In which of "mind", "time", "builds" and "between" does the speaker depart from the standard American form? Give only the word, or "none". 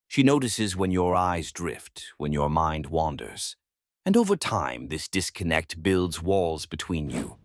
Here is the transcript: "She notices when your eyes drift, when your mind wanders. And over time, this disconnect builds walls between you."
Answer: none